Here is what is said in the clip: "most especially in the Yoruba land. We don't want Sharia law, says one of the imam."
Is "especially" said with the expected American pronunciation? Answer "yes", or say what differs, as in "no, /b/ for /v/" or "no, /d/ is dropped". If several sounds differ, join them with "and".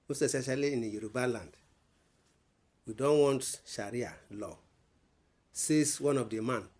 no, /p/ is dropped